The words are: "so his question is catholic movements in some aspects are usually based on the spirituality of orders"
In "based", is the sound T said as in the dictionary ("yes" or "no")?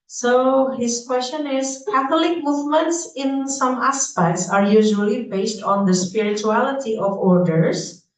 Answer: yes